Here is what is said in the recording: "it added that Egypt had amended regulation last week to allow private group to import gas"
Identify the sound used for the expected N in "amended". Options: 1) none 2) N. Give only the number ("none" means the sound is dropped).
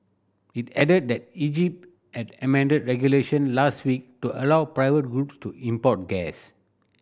2